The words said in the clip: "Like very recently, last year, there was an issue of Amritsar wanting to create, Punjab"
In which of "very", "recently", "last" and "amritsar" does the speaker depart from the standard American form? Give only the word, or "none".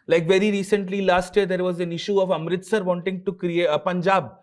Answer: none